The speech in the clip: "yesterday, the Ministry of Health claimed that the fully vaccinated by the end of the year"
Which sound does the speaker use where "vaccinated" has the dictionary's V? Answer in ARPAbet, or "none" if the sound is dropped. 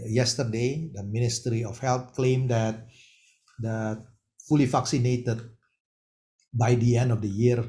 F